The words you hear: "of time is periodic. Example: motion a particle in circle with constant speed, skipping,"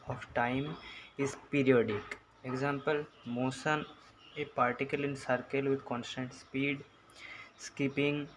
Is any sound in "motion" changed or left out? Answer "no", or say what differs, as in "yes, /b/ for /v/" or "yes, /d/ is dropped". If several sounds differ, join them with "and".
yes, /s/ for /ʃ/